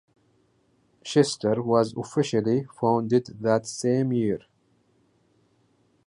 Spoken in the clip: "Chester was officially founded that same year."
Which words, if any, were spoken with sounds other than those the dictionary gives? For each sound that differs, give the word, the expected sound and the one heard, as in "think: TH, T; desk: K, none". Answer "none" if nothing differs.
chester: CH, SH